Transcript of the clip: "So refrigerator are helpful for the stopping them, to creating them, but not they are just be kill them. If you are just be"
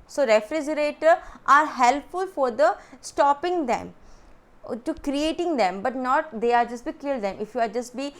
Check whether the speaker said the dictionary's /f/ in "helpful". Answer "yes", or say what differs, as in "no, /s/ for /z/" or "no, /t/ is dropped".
yes